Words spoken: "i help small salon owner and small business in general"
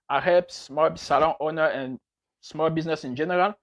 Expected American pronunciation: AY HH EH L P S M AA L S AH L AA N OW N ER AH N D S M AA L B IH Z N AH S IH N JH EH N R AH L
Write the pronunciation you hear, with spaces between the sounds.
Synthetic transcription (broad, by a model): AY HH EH P S M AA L S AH L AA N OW N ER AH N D S M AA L B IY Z N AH S IH N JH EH N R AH L